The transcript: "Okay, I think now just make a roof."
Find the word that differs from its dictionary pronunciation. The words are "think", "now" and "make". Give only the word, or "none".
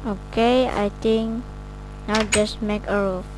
think